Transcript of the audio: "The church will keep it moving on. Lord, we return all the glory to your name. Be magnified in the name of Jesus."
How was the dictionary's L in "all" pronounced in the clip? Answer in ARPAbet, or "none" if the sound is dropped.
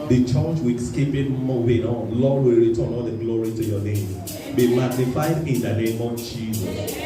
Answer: N